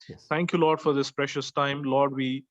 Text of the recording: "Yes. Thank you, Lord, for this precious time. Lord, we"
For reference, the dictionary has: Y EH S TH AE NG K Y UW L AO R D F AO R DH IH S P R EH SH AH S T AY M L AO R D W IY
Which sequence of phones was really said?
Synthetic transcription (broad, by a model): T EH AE NG K Y UW L AO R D F AO R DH IH S P R EH SH AH S T AY M L AO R D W IY